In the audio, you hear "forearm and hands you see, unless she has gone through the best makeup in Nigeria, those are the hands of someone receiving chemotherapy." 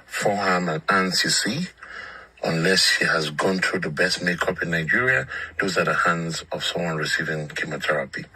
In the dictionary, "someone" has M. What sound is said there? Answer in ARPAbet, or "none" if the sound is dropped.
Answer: M